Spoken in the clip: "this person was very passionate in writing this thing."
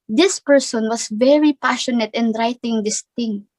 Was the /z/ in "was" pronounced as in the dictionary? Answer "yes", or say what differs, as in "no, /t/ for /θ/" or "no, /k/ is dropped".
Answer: no, /s/ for /z/